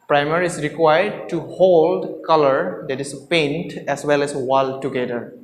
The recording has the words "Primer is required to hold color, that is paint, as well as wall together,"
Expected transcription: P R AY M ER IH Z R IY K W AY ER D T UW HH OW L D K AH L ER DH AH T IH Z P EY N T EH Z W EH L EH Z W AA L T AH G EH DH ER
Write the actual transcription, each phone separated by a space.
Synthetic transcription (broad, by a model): P R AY M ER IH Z R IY K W AY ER D T UW HH OW L D K AH L ER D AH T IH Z P EY N T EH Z W EH L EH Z W AA L T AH G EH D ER